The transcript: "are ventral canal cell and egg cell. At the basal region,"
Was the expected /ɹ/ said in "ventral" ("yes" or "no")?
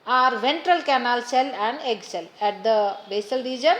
yes